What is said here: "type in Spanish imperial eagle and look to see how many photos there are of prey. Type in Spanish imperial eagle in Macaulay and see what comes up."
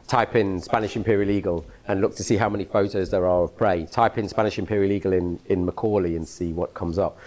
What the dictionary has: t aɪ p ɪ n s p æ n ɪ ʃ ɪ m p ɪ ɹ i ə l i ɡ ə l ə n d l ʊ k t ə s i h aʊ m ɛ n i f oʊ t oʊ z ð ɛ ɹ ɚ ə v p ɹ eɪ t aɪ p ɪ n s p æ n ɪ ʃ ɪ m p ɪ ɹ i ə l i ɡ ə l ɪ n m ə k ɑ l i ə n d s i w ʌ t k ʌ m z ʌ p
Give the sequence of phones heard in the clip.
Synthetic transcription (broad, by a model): t aɪ p ɪ n s p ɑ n ɪ ʃ ɪ m p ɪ ɹ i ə l i ɡ ə l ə n l ʊ k t ə s i h aʊ m ɛ n i f oʊ t oʊ z ð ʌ ɹ ɚ ə v p ɹ eɪ t aɪ p ɪ n s p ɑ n ɪ ʃ ɪ m p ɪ ɹ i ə l i ɡ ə l ɪ n m ə k ɑ l i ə n s i w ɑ t k ʌ m z ʌ p